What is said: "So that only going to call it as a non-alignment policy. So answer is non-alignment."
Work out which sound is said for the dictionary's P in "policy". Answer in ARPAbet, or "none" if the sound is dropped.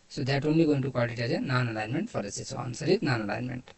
F